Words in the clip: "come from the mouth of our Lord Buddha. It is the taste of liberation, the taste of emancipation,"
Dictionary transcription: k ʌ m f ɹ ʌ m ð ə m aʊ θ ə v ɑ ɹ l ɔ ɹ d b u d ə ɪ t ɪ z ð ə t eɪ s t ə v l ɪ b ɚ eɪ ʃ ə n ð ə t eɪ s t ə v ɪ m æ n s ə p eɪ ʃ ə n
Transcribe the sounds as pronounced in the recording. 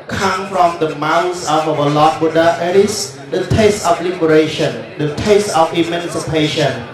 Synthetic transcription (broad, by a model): k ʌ m f ɹ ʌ m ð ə m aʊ s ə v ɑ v l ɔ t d b u d ə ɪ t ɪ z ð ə t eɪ s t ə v l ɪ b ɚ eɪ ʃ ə n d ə t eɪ s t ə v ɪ m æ n s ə p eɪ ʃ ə n